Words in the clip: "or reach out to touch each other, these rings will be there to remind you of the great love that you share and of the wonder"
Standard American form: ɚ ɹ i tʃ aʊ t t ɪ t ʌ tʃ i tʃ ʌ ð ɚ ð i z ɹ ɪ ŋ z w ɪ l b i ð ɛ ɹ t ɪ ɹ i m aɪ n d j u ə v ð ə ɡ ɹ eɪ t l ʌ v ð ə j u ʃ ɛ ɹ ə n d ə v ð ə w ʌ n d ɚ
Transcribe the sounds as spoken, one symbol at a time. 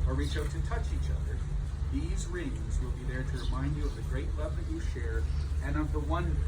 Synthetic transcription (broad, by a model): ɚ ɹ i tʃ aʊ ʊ t ɪ t ʌ tʃ i tʃ ʌ ð ɚ ð i z ɹ ɪ ŋ z w ɪ l b i ð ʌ ɹ t ɪ ɹ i m aɪ n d j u ə v ð ə ɡ ɹ eɪ t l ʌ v ð ə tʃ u ʃ ɛ ɹ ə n ə v ð ə w ʌ n